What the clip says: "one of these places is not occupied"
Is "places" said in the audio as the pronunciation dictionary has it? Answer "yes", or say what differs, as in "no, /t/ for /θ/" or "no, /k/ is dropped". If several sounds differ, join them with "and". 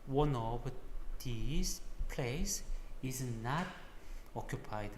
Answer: no, /s/ is dropped and /s/ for /z/